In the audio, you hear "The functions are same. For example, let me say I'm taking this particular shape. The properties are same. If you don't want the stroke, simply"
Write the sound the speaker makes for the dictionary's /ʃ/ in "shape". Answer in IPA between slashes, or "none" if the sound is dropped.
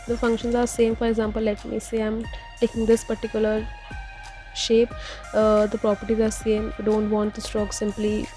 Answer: /ʃ/